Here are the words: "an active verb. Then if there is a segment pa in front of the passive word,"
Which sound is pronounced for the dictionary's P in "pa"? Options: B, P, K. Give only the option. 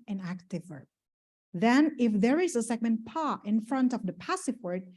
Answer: P